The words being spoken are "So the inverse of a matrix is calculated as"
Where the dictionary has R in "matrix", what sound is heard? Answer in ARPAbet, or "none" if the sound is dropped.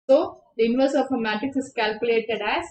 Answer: none